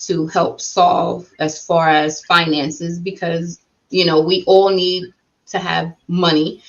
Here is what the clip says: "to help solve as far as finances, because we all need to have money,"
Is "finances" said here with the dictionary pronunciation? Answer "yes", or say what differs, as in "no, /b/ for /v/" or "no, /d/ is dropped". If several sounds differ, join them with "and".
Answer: yes